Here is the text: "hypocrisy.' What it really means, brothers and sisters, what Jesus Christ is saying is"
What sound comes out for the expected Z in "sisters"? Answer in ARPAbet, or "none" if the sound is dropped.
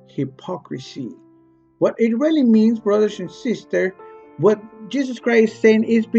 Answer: none